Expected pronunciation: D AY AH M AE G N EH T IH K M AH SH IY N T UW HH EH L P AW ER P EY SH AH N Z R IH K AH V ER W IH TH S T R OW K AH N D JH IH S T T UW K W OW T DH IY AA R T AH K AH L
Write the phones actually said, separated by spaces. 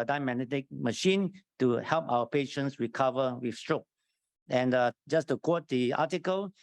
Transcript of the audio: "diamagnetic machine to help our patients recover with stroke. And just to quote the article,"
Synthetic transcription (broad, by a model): D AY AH M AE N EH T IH K M AH SH IY N T UW HH EH L P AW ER P EY SH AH N S R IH K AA V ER W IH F S T R OW K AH N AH JH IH S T T UW K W OW T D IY AA T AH K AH L